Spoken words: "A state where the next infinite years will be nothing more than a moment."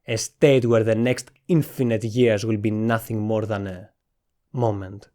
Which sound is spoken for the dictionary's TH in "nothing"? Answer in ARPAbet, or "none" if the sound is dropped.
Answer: TH